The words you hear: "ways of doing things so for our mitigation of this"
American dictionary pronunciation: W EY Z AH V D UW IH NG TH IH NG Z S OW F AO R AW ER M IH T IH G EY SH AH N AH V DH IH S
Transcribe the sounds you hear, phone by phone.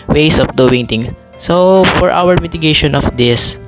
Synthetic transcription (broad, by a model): W EY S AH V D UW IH NG T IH NG S OW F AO R AW ER M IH T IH G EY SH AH N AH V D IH S